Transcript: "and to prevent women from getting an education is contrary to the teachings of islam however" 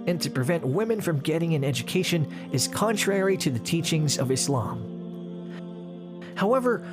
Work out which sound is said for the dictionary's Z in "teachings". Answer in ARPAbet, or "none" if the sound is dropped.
Z